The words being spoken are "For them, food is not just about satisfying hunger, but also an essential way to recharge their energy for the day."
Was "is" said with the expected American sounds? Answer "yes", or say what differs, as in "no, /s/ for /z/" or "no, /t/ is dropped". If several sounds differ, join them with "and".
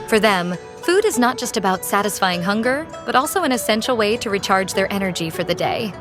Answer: yes